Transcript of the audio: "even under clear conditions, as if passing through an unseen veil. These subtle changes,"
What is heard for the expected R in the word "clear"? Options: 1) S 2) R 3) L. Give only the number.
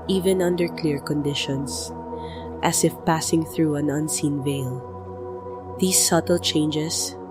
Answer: 2